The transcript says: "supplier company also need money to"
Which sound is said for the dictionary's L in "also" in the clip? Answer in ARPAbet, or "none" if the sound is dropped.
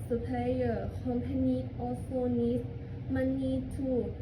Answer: none